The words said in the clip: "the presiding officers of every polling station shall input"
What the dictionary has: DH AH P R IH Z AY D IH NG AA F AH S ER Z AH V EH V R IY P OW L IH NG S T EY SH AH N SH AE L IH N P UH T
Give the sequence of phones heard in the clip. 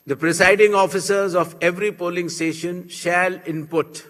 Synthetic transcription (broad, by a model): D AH P R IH S AY D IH NG AA F AH S ER Z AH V EH V R IY P OW L IH NG S T EY SH AH N SH AE L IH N P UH T